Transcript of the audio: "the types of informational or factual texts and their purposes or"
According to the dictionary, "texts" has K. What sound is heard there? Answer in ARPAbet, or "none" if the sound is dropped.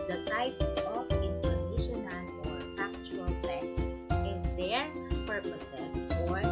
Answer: none